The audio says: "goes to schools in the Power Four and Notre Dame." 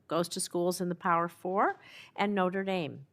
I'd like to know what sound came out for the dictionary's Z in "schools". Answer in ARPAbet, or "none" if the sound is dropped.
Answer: Z